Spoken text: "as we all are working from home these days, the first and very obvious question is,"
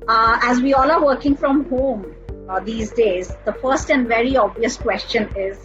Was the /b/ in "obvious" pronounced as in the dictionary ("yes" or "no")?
yes